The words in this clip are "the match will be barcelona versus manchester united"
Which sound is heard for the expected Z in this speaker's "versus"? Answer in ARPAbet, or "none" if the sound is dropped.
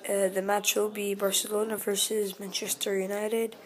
Z